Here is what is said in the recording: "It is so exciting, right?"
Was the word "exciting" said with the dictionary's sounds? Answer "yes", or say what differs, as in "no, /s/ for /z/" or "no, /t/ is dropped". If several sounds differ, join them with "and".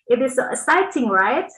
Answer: no, /k/ is dropped